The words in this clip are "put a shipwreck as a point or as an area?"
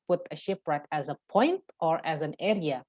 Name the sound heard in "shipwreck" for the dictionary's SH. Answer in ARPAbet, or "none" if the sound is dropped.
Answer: SH